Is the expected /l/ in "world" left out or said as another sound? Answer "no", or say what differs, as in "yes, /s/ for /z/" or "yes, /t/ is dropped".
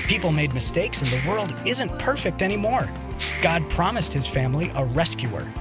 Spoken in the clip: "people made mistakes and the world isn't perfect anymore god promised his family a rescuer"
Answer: no